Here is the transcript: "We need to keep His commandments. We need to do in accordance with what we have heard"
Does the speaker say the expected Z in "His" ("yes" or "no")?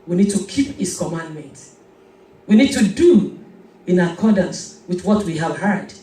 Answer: no